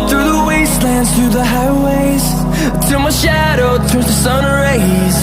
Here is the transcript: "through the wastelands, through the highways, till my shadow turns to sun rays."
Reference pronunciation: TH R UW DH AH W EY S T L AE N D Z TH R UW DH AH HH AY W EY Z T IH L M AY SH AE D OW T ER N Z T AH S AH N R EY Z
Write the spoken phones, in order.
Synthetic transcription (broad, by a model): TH R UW DH AH W EY S T L AE N D Z TH R UW DH AH HH AY W EY Z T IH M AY SH AE D OW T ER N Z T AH S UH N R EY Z